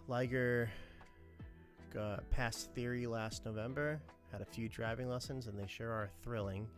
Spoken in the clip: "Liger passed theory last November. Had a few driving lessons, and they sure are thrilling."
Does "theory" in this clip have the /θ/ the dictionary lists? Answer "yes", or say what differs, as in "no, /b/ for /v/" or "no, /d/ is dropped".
yes